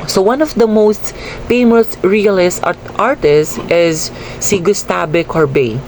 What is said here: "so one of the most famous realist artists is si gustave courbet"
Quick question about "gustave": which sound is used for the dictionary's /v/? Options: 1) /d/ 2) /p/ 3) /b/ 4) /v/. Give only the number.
3